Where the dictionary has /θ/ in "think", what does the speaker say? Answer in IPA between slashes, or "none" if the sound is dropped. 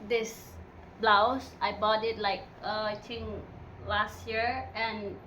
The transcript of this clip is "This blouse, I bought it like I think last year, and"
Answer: /t/